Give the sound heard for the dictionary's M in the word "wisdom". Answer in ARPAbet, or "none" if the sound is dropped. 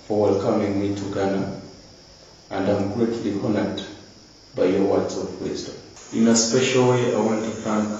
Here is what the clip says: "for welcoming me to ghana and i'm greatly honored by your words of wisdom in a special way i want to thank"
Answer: none